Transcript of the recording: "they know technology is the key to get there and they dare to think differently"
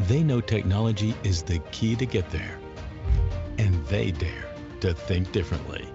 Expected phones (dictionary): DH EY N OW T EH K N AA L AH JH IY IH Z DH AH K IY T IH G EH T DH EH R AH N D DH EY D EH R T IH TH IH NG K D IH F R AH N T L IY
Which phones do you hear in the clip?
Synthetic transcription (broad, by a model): DH EY N OW T EH K N AA L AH JH IY IH Z DH AH K IY T IH G EH T DH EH R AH N DH EY D EH R T IH TH IH NG K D IH F R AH N T L IY